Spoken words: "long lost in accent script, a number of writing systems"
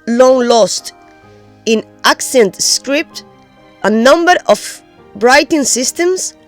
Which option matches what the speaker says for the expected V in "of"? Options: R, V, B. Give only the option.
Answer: B